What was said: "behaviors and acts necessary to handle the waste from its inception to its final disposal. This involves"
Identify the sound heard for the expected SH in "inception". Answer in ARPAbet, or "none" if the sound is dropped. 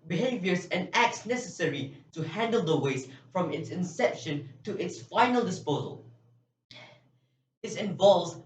SH